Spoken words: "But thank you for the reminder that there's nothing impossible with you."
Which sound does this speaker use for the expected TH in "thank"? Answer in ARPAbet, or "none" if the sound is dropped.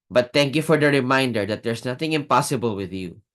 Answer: T